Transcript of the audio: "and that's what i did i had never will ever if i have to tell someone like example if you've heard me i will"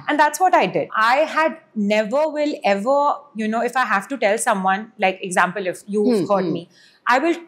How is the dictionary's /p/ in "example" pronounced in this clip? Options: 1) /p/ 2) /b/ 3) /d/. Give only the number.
1